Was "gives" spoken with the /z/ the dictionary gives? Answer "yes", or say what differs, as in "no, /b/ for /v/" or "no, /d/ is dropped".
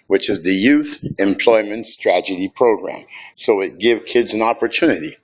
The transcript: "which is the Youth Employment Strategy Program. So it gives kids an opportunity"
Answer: no, /z/ is dropped